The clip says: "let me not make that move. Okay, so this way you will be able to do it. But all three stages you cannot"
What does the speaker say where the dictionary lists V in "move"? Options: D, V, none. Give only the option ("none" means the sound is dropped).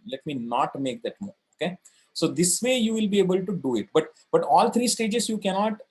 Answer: none